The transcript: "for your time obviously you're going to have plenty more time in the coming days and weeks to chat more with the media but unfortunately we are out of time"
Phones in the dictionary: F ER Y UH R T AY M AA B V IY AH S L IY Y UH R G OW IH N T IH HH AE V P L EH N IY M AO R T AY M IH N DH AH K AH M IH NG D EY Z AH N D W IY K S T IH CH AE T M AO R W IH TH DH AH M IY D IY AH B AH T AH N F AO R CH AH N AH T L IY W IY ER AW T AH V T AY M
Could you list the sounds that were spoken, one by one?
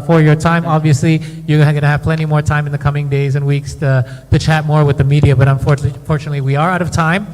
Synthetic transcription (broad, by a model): F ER Y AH R T AY M AA B V IY AH S L IY Y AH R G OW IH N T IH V P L EH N IY M AO R T AY M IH N DH AH K AH M IH NG D EY Z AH N W IY K S T IH CH AE T M AO R W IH DH AH M IY D IY AH B AH T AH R F AO R CH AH N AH T L IY W IY ER AW T AH V T AY M